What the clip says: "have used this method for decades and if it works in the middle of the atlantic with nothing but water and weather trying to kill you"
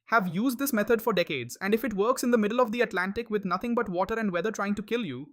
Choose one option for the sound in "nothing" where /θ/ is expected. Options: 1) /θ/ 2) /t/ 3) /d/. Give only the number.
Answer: 2